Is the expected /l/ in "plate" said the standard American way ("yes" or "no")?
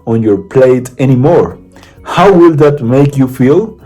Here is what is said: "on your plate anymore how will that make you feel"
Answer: yes